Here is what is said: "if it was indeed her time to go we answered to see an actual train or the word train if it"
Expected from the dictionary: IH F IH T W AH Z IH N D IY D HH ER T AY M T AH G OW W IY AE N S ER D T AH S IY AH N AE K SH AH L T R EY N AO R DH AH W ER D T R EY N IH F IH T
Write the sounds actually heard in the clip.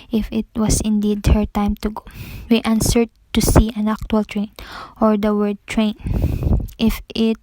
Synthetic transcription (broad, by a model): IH F IH T W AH S IH N D IY D HH ER T AY M T AH G OW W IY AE N S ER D T AH S IY AH N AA K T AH L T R EY N AO R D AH W ER D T R EY N IH F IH T